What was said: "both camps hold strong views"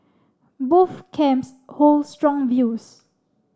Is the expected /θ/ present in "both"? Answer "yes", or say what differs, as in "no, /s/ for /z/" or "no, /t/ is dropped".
no, /f/ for /θ/